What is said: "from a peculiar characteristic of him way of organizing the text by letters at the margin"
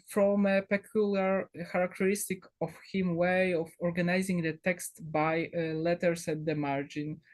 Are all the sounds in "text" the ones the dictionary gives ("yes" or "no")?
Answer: yes